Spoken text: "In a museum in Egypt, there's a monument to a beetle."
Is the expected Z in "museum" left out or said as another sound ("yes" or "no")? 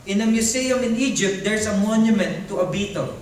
yes